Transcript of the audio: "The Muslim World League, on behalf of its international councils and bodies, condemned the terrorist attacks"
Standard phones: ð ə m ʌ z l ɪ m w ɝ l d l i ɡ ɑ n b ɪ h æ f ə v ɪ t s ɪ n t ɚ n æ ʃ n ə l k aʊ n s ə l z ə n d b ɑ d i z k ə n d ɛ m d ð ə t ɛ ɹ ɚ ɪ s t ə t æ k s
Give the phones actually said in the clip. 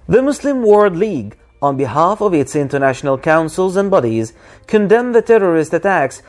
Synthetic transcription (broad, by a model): ð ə m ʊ s l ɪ m w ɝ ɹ d l i ɡ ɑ n b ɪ h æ f ə v ɪ t s ɪ n t ɚ n æ ʃ n ə l k aʊ n s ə l z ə n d b ɑ d i z k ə n d ɛ m ð ə t ɛ ɹ ɚ ɪ s t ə t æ k s